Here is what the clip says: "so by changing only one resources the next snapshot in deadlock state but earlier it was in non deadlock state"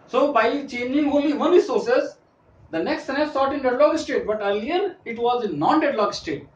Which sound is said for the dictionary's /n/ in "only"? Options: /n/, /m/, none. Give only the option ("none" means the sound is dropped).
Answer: none